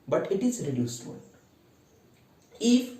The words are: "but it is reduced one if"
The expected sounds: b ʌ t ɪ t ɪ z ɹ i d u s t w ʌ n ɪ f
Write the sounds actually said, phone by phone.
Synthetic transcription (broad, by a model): b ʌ t ɪ t ɪ z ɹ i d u s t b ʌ l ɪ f